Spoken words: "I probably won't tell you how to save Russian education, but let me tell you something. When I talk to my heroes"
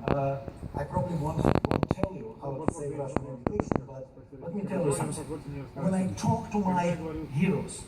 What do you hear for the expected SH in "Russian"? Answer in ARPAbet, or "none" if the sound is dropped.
none